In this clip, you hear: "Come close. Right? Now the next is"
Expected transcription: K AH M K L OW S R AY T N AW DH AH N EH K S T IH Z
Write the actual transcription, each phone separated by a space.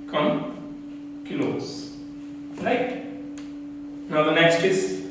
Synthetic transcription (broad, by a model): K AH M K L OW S L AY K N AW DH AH N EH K S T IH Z